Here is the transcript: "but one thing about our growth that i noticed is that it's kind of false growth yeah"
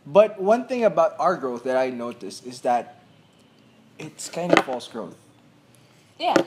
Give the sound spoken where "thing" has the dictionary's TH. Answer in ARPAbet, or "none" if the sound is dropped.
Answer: TH